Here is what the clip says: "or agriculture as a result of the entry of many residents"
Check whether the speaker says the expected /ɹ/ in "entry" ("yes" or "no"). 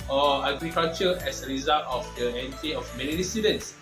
no